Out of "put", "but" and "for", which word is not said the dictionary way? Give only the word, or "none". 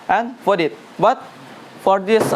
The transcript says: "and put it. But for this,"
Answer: put